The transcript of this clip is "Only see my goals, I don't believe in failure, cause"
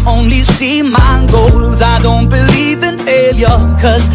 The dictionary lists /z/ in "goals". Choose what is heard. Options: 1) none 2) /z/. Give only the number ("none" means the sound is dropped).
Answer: 2